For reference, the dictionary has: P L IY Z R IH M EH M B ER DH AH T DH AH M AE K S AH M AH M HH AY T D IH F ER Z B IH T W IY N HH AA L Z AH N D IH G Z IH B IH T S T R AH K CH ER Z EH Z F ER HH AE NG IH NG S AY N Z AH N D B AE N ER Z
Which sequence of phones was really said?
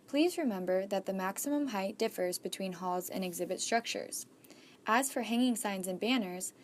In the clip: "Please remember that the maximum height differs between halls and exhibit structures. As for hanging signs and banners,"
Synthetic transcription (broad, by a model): P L IY Z R IH M EH M B ER DH AH T DH AH M AE K S AH M AH M HH AY T D IH F ER Z B IH T W IY N HH AA L Z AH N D IH G Z IH B IH T S T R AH K CH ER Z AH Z F ER HH AE NG IH NG S AY N Z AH N B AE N ER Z